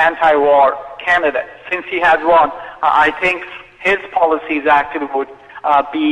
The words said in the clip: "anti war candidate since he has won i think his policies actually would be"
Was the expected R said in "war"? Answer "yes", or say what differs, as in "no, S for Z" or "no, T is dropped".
yes